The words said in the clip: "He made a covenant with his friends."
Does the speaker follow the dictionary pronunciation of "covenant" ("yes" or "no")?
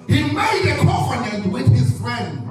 no